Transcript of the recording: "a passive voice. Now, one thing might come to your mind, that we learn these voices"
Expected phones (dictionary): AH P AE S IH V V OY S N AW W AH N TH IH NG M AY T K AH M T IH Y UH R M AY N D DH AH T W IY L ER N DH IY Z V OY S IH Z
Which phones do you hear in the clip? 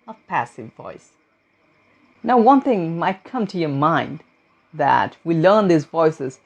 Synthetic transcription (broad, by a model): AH P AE S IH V V OY S N AW W AH N TH IH NG M AY T K AH M T IH Y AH R M AY N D DH AH T W IY L ER N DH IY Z V OY S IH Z